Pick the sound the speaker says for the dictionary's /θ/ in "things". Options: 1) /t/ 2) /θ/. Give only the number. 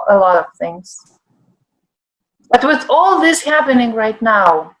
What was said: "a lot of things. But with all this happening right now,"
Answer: 2